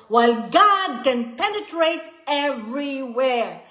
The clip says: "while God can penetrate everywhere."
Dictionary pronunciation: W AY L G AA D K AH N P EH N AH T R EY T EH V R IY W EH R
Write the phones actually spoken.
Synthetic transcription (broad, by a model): W AY L G AA D K AH N P EH N AH T R EY T EH V R IY W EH R